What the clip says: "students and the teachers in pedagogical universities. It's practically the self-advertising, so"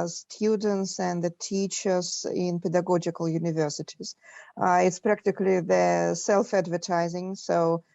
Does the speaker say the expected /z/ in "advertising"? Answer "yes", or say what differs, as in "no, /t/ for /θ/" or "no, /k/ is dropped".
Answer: yes